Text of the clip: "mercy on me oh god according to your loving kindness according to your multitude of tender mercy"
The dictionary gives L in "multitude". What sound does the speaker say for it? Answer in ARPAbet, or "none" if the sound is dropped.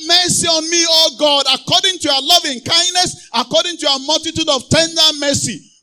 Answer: L